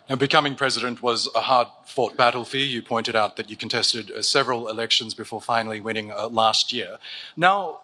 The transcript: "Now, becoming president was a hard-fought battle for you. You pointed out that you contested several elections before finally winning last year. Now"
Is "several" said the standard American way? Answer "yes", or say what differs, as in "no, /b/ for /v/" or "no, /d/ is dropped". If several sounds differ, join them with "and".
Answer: yes